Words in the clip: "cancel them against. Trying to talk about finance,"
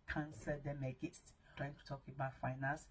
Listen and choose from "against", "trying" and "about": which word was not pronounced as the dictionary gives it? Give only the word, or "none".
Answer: against